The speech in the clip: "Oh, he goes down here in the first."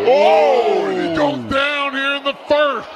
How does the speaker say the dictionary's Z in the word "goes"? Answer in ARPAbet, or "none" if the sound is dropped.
none